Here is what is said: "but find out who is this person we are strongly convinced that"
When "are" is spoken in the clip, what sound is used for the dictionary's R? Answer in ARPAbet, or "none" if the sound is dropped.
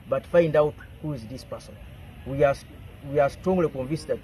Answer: W